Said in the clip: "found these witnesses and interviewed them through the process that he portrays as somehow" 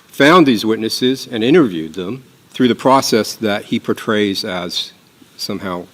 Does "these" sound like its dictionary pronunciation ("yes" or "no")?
yes